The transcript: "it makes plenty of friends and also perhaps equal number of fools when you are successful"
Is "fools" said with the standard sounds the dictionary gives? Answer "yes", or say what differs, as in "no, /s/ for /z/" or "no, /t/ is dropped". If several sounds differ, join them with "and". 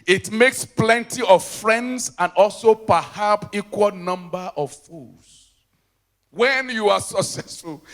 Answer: no, /l/ is dropped